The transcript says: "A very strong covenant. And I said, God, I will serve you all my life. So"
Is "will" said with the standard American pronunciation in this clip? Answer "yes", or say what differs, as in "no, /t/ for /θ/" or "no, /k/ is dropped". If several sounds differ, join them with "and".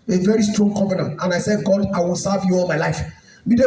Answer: yes